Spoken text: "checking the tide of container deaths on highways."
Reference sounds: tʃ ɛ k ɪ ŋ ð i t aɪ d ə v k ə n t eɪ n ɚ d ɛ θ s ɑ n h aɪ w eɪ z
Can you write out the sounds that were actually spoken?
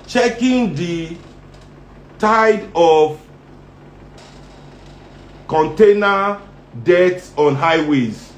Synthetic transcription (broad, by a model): tʃ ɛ k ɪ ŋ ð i t aɪ d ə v k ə n t eɪ n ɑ d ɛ t s ɑ n h aɪ w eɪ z